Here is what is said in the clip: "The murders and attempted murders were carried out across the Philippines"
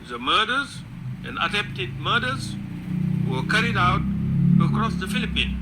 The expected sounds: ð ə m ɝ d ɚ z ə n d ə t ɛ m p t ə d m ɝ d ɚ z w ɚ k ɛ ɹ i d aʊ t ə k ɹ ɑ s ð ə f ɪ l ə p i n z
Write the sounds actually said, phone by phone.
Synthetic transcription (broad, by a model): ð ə m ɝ d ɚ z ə n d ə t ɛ p t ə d m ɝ d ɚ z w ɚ k ɛ ɹ i d aʊ t ə k ɹ ɑ s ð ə f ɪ l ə p i n